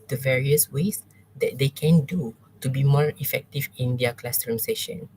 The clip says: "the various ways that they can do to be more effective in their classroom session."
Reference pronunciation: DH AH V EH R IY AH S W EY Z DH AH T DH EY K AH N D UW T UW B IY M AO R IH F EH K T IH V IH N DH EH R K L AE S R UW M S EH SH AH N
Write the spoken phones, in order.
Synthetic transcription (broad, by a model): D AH V EH R IY AH S W EY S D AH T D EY K AH N D UW T UW B IY M AO R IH F EH K T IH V IH N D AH K L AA S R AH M S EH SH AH N